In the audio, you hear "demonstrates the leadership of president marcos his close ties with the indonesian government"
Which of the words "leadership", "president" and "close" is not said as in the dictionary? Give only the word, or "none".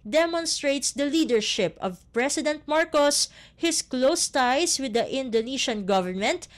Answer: president